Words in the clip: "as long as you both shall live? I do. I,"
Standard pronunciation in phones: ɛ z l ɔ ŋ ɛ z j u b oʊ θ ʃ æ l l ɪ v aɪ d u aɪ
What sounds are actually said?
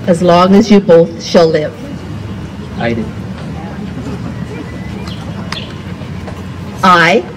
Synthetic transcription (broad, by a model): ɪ z l ɔ ŋ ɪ z j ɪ b oʊ θ ʃ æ l l ɪ v aɪ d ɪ aɪ